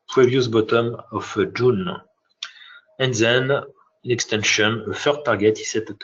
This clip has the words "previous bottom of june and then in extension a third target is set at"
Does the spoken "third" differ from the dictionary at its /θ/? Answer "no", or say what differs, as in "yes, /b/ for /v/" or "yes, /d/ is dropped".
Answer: yes, /f/ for /θ/